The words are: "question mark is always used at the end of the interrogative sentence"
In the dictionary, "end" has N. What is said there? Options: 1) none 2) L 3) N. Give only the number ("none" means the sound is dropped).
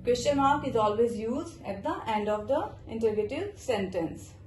3